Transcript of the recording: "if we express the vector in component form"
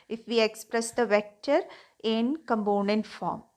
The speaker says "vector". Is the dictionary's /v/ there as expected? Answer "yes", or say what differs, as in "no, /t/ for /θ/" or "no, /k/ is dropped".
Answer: yes